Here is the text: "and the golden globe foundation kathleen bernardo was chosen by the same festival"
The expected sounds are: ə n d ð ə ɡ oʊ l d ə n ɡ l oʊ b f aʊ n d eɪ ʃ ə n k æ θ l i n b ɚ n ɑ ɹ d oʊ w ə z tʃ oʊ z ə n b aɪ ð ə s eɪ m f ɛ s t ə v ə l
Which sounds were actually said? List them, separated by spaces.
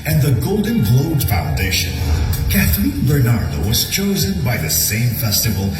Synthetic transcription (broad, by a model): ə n ð ə ɡ oʊ l d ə n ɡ l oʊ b f aʊ n d eɪ ʃ ə n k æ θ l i n b ɚ n ɑ ɹ d oʊ w ə z tʃ oʊ z ə n b aɪ ð ə s eɪ m f ɛ s t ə v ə l